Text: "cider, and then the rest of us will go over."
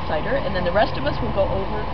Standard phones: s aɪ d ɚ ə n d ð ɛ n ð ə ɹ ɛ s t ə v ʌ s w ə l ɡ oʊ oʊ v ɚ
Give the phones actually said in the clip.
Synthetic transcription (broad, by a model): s aɪ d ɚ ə n ð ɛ n ð ə ɹ ɛ s t ə v ʌ s w ə l ɡ oʊ oʊ v ɚ